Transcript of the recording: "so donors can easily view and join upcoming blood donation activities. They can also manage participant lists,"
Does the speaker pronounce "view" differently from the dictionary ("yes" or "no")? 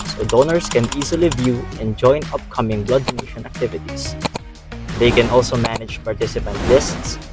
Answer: no